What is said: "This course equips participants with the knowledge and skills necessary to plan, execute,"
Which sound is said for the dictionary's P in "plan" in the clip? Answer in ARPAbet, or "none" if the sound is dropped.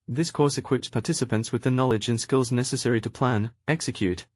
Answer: P